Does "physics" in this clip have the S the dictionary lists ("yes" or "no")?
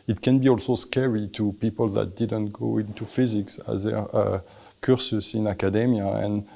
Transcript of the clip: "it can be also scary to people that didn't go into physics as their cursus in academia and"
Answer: yes